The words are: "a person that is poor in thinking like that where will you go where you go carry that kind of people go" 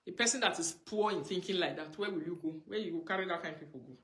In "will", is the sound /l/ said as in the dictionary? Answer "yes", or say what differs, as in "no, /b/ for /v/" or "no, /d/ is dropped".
yes